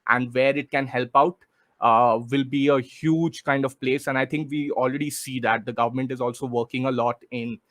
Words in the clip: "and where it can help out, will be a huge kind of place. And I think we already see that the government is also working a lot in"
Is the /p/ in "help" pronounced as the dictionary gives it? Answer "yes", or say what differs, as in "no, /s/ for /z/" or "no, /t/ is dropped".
yes